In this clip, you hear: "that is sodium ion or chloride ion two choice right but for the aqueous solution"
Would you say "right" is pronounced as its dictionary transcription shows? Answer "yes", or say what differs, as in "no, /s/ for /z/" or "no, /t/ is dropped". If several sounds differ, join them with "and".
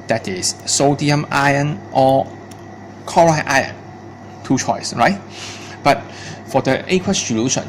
yes